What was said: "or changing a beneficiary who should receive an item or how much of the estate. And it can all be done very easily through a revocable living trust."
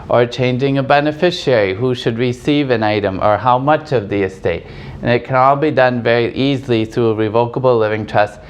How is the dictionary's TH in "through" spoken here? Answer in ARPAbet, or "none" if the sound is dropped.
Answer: TH